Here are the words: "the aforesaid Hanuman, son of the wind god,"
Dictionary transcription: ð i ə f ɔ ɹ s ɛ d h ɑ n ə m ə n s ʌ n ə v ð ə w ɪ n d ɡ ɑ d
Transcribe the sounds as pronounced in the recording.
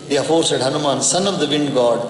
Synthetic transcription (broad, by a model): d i ə f ɔ ɹ s ɛ d h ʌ n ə m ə n s ʌ n ə v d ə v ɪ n d ɡ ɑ d